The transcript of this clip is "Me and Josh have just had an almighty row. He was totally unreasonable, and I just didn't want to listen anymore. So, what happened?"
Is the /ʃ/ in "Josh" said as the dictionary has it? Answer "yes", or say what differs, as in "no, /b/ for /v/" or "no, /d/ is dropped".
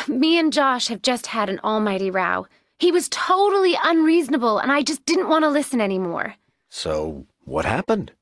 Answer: yes